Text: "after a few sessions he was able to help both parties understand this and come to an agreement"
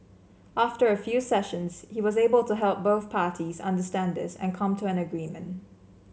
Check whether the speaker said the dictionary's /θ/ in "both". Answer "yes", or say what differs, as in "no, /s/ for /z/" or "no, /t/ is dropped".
yes